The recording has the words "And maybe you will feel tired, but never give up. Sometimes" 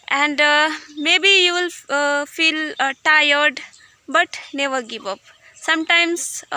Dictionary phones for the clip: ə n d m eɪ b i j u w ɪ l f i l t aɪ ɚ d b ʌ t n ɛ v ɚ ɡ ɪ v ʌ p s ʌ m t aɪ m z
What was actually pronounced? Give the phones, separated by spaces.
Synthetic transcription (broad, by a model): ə n d m eɪ b i j u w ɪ l f i l t aɪ ɚ d b ʌ t n ɛ v ɚ ɡ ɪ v ʌ p s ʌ m t aɪ m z